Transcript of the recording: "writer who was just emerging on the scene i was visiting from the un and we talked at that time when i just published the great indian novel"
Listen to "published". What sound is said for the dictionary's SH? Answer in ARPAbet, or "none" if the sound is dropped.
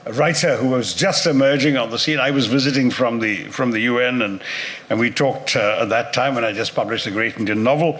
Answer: SH